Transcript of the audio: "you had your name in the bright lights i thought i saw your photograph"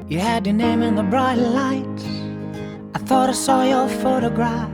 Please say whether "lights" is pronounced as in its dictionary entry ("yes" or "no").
no